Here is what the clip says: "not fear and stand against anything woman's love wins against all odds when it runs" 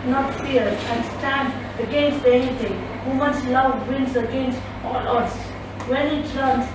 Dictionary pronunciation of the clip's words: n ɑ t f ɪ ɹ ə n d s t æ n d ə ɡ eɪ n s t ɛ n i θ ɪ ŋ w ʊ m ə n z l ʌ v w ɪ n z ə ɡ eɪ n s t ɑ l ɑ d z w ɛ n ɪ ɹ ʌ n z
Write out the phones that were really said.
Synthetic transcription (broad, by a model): n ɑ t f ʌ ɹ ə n s t æ n d ə ɡ eɪ n s t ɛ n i t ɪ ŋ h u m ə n s l ʌ v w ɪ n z ə ɡ eɪ n s t ɑ l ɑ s w ɛ n ɪ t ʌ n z